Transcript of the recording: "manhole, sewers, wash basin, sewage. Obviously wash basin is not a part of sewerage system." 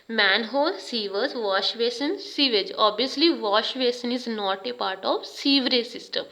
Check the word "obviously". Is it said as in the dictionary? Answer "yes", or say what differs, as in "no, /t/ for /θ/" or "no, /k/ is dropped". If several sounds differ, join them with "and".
no, /v/ is dropped